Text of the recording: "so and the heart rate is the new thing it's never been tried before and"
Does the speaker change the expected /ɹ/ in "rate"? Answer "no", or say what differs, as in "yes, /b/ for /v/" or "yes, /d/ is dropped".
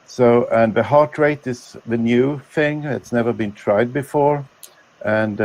no